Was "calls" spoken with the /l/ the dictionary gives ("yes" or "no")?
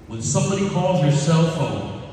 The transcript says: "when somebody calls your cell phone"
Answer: yes